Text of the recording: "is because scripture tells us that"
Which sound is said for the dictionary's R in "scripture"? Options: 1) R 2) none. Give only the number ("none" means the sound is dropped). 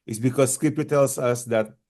2